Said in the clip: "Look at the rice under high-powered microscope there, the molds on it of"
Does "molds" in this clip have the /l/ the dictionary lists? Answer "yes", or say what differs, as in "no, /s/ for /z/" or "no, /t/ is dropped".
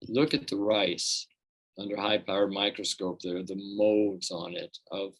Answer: no, /l/ is dropped